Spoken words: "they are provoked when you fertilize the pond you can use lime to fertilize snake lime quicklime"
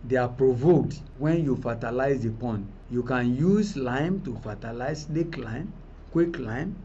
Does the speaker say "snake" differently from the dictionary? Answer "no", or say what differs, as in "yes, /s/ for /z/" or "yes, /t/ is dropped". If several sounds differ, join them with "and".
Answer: yes, /l/ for /n/